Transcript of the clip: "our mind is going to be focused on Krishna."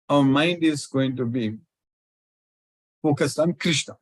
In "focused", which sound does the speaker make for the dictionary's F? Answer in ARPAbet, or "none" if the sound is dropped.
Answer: P